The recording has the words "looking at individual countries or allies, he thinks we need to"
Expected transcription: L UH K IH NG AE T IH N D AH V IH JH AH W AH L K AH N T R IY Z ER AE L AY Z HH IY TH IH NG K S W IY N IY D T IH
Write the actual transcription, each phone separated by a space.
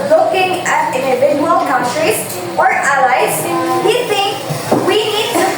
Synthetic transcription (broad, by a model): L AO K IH NG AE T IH N D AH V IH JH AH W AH L K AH N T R IY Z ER AE L AY Z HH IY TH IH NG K W IY N IY D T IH